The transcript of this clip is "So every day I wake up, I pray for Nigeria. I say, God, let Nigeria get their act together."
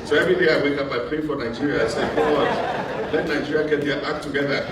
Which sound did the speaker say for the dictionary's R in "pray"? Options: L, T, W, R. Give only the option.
L